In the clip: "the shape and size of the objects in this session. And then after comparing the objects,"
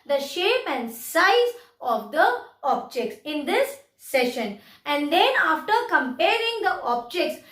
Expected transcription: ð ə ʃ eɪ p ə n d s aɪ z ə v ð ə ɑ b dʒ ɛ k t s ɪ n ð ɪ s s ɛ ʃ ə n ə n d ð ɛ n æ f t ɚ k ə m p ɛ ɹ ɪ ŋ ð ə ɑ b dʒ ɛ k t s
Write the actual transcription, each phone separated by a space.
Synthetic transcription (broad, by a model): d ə ʃ eɪ p ə n d s aɪ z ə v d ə ɑ b dʒ ɛ k t s ɪ n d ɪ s s ɛ ʃ ə n ə n d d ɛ n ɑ f t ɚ k ə m p ɛ ɹ ɪ ŋ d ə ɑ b dʒ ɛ k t s